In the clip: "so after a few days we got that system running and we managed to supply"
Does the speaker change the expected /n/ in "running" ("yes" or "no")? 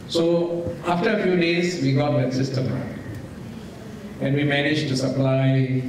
yes